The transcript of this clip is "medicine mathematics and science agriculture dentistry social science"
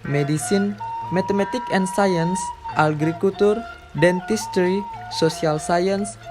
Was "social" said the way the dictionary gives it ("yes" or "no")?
no